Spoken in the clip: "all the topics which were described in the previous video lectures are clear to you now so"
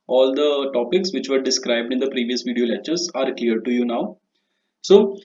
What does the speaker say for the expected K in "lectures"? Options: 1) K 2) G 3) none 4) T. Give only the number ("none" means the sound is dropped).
3